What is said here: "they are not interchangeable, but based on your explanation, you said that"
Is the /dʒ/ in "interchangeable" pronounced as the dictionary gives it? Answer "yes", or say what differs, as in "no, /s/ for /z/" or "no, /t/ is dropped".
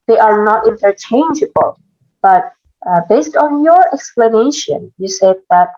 yes